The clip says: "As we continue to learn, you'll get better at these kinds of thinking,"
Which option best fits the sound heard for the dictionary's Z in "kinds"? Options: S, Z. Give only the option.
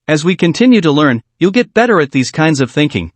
Z